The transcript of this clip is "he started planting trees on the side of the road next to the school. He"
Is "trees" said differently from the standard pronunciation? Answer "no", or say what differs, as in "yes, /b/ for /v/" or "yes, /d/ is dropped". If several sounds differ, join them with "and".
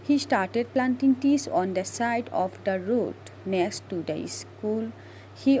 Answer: yes, /ɹ/ is dropped